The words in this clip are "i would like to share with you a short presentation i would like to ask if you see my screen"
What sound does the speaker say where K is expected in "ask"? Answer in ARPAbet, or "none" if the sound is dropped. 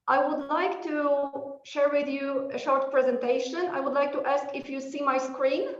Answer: K